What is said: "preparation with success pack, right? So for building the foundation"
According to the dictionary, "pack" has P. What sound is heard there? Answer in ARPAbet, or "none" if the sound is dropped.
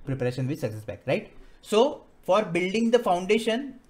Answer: B